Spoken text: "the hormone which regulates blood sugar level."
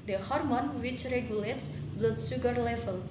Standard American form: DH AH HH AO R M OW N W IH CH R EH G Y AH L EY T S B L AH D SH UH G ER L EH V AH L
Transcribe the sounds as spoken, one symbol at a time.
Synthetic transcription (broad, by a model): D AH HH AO R M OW N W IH CH R EH G Y AH L EY T S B L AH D S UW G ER L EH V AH L